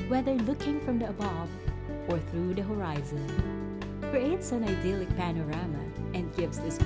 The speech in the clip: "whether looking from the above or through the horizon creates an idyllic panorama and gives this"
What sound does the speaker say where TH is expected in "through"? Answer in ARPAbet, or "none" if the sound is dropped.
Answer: TH